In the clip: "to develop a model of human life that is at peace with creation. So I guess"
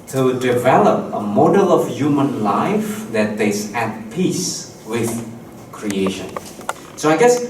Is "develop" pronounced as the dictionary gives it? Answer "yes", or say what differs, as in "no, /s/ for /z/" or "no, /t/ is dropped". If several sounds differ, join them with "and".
yes